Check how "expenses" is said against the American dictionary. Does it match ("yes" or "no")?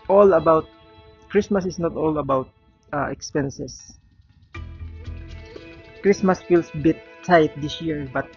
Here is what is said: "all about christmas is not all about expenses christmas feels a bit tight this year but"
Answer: no